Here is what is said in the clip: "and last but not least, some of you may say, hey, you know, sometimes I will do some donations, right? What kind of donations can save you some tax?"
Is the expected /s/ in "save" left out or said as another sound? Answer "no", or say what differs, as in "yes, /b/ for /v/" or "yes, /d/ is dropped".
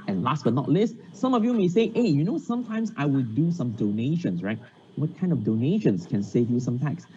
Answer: no